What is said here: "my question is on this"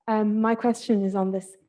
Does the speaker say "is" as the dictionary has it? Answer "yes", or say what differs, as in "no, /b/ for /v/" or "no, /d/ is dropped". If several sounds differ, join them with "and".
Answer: yes